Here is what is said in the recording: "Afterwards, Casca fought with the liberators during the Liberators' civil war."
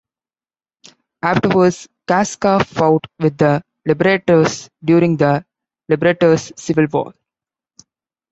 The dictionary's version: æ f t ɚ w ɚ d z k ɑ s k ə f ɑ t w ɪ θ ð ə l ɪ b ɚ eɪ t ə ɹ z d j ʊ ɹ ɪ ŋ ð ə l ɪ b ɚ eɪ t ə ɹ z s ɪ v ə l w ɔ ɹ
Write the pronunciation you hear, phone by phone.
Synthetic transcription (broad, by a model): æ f t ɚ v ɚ d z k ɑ s k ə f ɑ t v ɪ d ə l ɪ b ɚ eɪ t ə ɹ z d j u ɹ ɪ ŋ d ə l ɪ b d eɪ t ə ɹ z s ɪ v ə l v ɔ l